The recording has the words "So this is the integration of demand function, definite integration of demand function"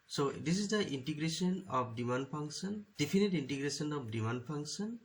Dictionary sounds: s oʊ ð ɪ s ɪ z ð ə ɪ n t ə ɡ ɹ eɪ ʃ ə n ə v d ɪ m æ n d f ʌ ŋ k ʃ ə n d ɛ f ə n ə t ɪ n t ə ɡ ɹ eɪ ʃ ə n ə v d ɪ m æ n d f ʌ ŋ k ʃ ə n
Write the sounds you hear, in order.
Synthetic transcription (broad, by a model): s oʊ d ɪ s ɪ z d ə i n t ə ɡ ɹ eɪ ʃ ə n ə p d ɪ m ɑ n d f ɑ ŋ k s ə n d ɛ p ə n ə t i n t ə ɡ ɹ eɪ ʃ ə n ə p d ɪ m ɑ n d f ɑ ŋ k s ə n